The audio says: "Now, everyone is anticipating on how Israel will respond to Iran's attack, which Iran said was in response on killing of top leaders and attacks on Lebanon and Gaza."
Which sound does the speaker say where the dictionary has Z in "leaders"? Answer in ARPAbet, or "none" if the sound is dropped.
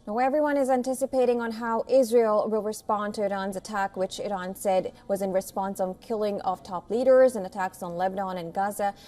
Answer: Z